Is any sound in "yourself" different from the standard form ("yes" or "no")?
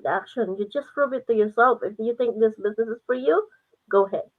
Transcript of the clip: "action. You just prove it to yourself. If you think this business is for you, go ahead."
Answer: no